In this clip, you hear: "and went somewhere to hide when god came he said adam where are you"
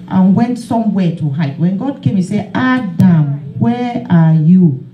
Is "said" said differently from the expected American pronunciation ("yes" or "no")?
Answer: yes